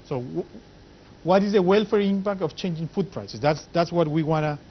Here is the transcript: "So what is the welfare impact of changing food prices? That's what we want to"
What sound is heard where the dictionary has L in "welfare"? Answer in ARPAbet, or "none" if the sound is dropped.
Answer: L